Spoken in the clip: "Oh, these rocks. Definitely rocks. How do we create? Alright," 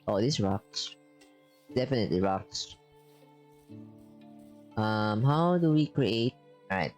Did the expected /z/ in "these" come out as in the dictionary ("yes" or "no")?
no